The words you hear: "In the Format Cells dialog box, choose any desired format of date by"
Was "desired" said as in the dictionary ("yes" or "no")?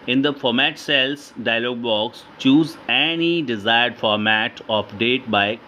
yes